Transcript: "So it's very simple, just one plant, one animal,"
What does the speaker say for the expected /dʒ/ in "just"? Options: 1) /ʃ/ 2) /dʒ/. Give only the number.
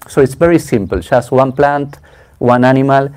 1